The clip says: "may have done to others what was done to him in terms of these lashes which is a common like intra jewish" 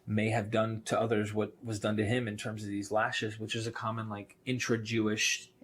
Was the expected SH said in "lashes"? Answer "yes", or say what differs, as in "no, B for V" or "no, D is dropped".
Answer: yes